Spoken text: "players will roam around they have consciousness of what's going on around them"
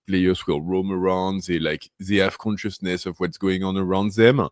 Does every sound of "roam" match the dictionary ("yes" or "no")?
yes